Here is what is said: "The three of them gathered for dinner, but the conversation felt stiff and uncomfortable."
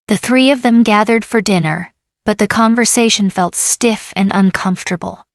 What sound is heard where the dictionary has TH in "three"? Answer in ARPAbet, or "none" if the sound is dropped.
TH